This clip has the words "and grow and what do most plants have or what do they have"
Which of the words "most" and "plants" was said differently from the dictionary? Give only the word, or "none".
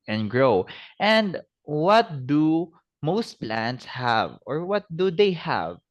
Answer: none